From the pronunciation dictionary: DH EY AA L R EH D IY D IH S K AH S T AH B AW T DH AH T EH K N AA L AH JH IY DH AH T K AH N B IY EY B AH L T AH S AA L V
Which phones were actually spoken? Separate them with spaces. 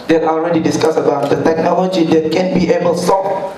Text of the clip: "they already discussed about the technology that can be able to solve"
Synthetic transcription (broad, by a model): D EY AA L R EH D IY D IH S K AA S AH B AW T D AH T EH K N AA L AH JH IY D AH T K AH N B IY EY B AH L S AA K